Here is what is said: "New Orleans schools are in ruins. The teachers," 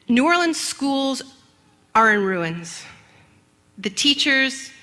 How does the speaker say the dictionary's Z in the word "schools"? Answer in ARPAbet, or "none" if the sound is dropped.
Z